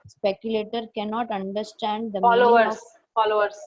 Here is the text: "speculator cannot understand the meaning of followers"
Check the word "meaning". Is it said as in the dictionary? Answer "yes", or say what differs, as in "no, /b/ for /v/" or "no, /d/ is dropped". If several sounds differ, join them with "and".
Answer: no, /l/ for /n/